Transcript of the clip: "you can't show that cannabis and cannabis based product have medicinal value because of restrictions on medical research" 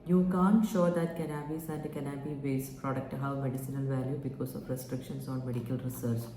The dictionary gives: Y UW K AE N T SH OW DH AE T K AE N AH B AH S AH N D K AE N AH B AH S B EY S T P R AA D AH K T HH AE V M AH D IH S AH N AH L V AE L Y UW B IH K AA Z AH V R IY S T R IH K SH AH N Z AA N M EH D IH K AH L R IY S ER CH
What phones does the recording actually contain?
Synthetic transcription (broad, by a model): Y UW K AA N SH OW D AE T K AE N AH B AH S AH N D K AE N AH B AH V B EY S P R AA D AH K T HH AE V M AH D IH S AH N AH L V AE L Y UW B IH K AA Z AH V R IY S T R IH K SH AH N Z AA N M EH D IH K AH L R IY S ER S